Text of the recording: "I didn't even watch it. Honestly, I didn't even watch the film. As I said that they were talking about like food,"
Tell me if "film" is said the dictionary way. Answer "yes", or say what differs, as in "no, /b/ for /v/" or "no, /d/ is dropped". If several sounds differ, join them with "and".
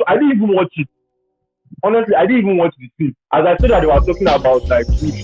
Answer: no, /l/ is dropped